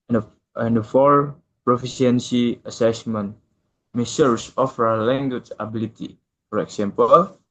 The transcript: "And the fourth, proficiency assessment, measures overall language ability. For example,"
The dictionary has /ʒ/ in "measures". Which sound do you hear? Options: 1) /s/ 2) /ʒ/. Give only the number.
1